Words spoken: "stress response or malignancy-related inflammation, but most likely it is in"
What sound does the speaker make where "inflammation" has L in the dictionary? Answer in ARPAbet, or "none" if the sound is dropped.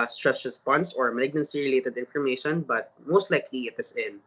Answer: none